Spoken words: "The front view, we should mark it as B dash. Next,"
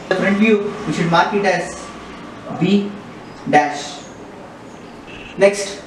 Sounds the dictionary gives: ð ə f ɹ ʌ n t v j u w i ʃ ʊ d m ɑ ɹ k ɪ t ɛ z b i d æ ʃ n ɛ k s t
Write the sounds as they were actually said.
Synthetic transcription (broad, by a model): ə p ɹ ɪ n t v j u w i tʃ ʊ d m ɑ ɹ k ɪ t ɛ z b i d æ ʃ n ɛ k s t